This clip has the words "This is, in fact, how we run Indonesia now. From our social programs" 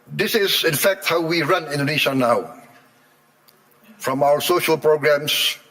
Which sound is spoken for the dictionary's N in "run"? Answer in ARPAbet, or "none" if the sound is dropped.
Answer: N